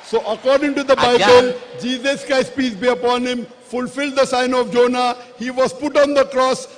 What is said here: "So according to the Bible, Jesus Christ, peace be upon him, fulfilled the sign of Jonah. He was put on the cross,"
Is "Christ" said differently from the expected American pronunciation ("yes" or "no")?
yes